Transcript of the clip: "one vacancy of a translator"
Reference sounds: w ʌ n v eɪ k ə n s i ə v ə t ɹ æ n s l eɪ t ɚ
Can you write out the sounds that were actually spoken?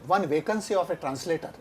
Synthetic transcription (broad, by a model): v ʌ n v eɪ k ə n s i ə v ə t ɹ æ n s l eɪ t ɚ